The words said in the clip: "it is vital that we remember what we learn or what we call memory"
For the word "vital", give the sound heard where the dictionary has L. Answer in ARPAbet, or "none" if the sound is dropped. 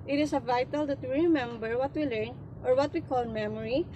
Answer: L